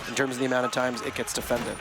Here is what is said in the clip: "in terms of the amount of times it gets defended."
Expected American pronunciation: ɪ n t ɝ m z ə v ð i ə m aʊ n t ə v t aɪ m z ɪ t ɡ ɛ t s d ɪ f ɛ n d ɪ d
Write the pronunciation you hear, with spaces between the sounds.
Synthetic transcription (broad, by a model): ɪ n t ɝ m z ə v ð i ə m aʊ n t ə v t aɪ m z ɪ t ɡ ɛ t s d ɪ f ɛ n d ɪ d